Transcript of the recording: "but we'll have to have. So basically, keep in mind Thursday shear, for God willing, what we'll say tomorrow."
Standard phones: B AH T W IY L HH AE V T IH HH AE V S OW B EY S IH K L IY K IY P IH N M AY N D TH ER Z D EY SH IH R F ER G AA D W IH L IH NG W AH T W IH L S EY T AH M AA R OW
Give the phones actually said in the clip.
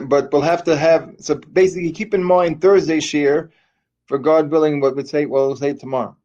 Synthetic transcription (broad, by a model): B AH T W IY L HH AE F T IH V S OW B EY S IH K L IY K IY P IH N M AY N TH ER Z D EY SH IH R F ER G AA D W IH L IH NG W AH T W IH W S EY T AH M AA R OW